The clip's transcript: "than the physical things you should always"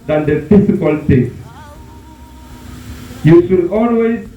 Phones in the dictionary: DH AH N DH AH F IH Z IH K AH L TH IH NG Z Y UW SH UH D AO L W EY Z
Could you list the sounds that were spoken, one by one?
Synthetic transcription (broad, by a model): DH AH N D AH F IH S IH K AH L T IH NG Y UW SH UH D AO L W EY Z